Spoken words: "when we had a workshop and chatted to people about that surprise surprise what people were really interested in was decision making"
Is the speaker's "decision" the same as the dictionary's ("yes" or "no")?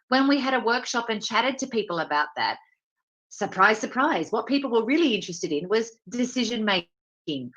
yes